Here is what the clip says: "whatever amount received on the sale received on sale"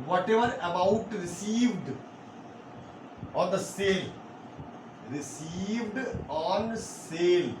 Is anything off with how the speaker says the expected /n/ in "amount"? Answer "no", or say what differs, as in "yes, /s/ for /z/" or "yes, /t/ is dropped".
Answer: yes, /n/ is dropped